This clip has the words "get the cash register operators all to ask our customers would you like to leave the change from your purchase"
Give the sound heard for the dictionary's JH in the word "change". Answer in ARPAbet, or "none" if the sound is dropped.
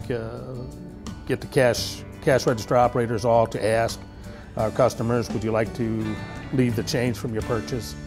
Z